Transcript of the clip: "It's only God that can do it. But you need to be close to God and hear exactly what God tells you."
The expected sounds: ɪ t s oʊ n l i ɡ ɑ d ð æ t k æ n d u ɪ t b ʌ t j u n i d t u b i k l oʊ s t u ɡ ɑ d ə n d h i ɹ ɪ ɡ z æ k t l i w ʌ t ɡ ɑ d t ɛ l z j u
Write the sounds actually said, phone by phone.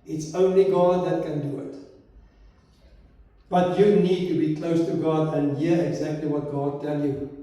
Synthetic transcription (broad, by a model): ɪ t s oʊ n l i ɡ ɑ d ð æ t k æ n d u ɪ t b ʌ t j u n i d t u b i k l oʊ s t u ɡ ɑ d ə n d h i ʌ ɪ ɡ z æ k t l i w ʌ t ɡ ɑ d t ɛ l j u